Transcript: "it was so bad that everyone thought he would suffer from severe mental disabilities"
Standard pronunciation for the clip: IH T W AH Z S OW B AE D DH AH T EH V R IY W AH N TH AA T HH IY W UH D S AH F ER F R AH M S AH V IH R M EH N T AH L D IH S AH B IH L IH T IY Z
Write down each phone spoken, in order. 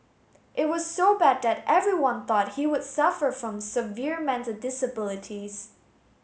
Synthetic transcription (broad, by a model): IH T W AH Z S OW B AE D DH AH T EH V R IY W AH N TH AA T HH IY W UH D S AH F ER F R AH M S AH V IH R M EH N T AH L D IH S AH B IH L IH T IY Z